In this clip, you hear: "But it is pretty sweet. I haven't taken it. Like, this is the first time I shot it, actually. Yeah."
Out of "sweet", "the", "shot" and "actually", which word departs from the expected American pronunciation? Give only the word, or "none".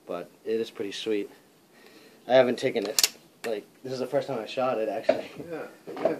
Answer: actually